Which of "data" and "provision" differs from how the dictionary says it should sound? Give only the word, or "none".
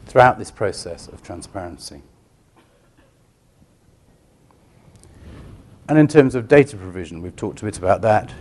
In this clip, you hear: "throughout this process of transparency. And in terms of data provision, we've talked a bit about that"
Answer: none